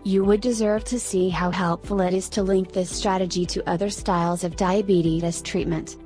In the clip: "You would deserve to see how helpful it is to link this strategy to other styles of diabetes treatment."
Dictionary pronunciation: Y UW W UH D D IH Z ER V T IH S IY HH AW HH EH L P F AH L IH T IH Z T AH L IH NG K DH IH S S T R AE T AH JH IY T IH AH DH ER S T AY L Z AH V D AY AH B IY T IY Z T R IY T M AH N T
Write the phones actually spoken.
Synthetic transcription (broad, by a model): Y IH W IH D D IH Z ER V T IH S IY HH AW HH EH L P F L IH T IH Z T AH L IH NG K DH IH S S T R AE T AH JH IY T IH AH DH ER S T AY L Z AH V D AY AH B IY T IY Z T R IY T M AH N T